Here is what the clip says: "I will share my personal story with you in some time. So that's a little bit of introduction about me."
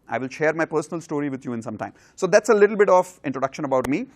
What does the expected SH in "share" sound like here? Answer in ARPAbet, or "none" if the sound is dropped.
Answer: SH